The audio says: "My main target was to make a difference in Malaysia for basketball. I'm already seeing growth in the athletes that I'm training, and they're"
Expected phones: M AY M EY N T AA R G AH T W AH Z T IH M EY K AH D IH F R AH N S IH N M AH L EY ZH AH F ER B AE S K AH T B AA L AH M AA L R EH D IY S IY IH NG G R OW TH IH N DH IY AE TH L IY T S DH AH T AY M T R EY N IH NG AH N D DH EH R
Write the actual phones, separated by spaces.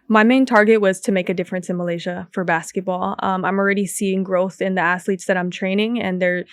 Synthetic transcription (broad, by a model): M AY M EY N T AA R G AH T W AH Z T IH M EY K AH D IH F R AH N S IH N M AH L EY ZH AH F ER B AE S K AH T B AA L AH M AA L R EH D IY S IY IH NG G R OW TH IH N DH IY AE S L IY T S DH AH T AY M T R EY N IH NG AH N DH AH R